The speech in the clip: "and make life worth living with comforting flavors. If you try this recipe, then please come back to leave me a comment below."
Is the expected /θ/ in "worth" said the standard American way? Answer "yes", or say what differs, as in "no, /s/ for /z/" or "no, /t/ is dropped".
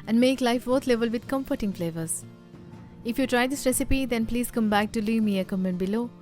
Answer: no, /t/ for /θ/